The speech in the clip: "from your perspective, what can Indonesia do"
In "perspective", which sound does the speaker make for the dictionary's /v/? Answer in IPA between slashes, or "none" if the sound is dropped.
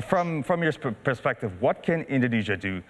/v/